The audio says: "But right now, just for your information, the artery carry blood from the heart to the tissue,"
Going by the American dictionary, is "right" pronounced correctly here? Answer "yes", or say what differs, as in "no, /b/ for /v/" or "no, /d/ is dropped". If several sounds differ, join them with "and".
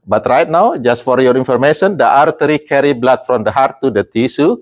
yes